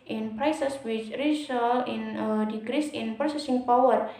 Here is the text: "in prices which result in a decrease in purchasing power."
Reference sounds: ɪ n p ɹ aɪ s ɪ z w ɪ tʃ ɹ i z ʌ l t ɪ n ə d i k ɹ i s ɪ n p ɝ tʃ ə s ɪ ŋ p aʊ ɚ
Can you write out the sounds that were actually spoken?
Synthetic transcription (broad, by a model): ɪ n p ɹ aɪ s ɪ s w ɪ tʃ ɹ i s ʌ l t ɪ n ə d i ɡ ɹ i s ɪ n p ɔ s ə s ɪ ŋ p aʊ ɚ